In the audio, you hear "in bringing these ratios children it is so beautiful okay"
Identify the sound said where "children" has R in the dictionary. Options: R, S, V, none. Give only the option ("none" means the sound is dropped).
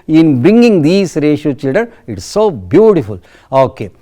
none